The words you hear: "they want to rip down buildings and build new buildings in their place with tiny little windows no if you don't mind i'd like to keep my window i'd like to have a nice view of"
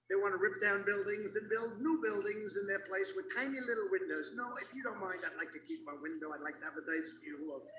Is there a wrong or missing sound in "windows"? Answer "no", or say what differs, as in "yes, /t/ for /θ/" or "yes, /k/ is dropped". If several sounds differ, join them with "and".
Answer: no